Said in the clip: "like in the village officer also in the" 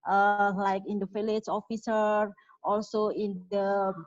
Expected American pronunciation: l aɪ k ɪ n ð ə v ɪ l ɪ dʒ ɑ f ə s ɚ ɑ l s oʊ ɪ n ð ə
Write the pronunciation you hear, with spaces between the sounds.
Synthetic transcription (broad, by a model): l aɪ k ɪ n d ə f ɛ l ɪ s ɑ f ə s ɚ ɑ l s oʊ ɪ n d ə